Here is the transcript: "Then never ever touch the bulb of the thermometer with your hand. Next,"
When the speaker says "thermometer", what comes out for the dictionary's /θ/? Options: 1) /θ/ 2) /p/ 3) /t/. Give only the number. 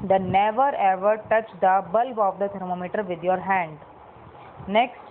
3